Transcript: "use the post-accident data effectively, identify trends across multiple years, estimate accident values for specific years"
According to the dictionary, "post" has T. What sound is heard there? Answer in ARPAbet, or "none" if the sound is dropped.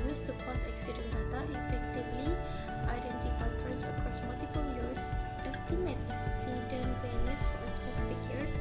none